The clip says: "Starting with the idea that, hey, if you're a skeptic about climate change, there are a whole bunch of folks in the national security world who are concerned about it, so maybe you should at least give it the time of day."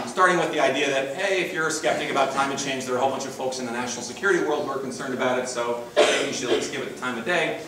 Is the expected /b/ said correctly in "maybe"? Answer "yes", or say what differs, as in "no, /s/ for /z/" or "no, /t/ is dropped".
no, /b/ is dropped